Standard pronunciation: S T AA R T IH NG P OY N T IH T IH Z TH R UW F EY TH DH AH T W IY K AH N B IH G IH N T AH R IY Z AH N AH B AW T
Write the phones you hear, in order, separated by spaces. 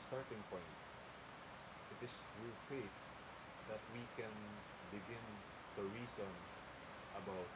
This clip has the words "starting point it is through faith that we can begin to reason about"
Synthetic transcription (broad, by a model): S T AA R T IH NG P OY N T IH T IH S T R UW F EY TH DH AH T W IY K AH N B IH G IH N T AH R IY S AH N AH B AW T